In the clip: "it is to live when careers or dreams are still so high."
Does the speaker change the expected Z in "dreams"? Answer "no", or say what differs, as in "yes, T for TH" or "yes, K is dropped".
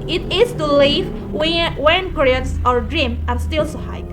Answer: yes, Z is dropped